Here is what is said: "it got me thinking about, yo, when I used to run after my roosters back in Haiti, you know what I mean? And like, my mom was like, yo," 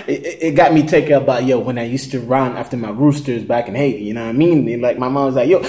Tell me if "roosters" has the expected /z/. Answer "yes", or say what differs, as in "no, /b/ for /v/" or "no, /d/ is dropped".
yes